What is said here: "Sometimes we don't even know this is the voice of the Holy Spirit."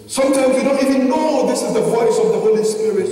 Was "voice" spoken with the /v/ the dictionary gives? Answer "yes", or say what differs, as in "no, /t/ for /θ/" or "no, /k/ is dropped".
yes